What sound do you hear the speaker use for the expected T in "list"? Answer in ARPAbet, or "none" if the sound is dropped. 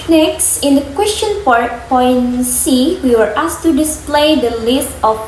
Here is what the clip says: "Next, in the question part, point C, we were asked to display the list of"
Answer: T